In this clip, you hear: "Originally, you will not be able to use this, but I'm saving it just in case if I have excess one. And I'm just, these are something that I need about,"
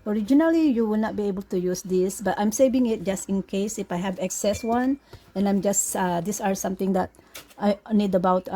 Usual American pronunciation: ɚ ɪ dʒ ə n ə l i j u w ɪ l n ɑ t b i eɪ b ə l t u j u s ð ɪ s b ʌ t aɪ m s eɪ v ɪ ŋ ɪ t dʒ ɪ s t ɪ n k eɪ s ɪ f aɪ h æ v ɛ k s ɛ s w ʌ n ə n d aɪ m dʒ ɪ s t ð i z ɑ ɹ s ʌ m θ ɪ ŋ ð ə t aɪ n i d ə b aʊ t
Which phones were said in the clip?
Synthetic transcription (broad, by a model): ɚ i dʒ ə n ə l i j u w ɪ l n ɑ t b i eɪ b ə l t u j u s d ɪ s b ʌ t aɪ m s eɪ v ɪ ŋ ɪ t dʒ ɪ s t ɪ n k eɪ s ɪ f aɪ h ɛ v ɛ k s ɛ s w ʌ n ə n aɪ m dʒ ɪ s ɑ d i s ɑ ɹ s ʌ m t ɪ ŋ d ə t aɪ n i d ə b aʊ t